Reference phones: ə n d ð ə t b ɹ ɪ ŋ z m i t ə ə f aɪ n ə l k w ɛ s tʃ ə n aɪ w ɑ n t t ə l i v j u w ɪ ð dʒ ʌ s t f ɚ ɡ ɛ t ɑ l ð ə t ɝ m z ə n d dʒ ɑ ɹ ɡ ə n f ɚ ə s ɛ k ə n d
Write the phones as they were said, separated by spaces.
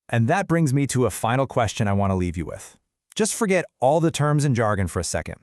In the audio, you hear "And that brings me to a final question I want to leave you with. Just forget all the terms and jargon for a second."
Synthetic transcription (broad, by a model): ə n ð ə t b ɹ ɪ ŋ z m i t ə ə f aɪ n l k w ɛ s tʃ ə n aɪ w ɑ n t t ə l i v j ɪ w ɪ ð dʒ ʌ s t f ɚ ɡ ɛ t ɑ l ð ə t ɝ m z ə n dʒ ɑ ɹ ɡ ə n f ɚ ə s ɛ k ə n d